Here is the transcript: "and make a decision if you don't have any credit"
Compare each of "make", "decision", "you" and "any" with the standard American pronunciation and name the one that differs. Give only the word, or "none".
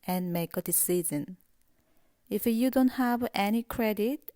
decision